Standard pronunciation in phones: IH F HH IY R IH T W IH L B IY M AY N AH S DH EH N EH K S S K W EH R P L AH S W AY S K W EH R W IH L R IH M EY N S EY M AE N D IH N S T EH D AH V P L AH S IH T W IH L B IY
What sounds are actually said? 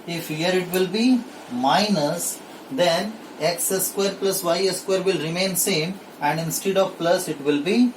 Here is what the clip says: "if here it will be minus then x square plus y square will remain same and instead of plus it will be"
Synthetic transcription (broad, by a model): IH F HH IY R IH T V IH L B IY M AY N AH S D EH N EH K S S K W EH R P L AH S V AY S K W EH R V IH L R IH M EY N S EY M AE N D IH N S T EH D AH V P L AH S IH T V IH L B IY